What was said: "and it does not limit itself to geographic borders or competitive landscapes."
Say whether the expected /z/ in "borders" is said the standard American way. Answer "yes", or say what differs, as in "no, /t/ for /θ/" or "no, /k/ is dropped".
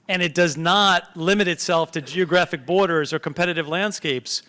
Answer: yes